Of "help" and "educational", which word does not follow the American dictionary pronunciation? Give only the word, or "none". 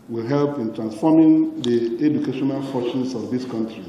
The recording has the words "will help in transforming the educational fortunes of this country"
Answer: none